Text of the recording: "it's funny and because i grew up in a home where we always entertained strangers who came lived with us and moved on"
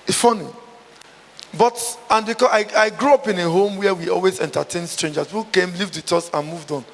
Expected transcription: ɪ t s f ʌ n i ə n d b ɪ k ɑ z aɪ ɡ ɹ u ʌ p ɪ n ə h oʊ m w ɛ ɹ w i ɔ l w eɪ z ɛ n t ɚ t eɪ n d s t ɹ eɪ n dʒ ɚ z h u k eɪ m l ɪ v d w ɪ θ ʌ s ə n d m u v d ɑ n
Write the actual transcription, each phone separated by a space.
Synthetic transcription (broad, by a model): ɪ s f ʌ n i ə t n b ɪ k ɑ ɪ aɪ ɡ ɹ u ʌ p ɪ n ə h oʊ m w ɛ w i ɔ l w eɪ z ɛ n t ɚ t eɪ n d s t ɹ eɪ n dʒ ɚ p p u k eɪ m l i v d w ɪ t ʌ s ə n m u v d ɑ n